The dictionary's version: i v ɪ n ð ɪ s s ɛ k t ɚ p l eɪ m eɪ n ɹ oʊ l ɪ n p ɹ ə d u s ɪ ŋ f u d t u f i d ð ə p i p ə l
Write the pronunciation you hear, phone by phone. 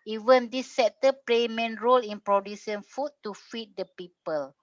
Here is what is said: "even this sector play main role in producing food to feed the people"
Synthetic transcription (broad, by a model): i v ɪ n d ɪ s s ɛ t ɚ p l eɪ m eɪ n ɹ oʊ l ɪ n p ɹ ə d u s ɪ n f u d t u f i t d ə p i p ə l